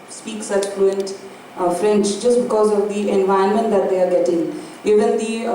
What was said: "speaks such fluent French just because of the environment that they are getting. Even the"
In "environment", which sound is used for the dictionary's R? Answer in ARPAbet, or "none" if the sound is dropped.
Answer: none